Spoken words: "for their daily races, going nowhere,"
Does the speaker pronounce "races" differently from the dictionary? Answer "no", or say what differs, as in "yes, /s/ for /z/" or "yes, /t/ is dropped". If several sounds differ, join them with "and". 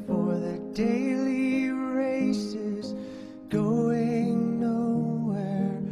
no